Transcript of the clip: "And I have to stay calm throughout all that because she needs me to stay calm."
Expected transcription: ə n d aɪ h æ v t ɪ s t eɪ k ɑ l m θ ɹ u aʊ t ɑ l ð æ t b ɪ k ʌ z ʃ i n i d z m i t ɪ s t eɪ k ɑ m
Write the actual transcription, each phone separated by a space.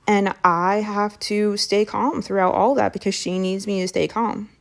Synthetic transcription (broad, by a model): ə n aɪ h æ f t ɪ s t eɪ k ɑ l m θ ɹ u aʊ t ɑ l ð æ t b ɪ k ʌ z ʃ i n i d z m i t ɪ s t eɪ k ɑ m